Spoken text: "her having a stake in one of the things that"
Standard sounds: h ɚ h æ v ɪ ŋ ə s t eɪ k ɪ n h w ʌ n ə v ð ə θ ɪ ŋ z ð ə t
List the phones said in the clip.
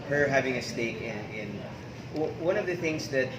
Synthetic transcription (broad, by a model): h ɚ h æ v ɪ ŋ ə s t eɪ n ɪ n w w ʌ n ə v ð ə θ ɪ ŋ z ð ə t